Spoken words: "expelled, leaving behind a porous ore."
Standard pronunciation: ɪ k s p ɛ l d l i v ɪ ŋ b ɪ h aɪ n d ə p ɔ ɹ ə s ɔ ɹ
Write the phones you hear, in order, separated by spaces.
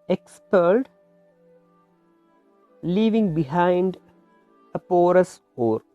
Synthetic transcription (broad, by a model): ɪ k s p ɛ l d l i v ɪ ŋ b ɪ h aɪ n d ə p ɔ ɹ ə s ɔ ɹ